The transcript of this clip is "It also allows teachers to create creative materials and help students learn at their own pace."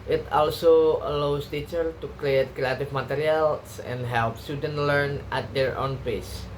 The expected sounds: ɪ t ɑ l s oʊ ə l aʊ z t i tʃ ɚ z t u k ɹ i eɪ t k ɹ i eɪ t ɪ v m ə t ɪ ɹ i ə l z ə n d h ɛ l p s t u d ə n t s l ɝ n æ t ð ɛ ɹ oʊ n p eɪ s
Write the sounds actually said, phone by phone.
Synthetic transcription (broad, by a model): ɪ t ɑ l s oʊ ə l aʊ s t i tʃ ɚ t u k ɹ i eɪ t k ɹ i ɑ t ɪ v m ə t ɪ ɹ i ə l s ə n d h ɛ l p s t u d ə n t l ɝ n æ t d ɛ ɹ oʊ n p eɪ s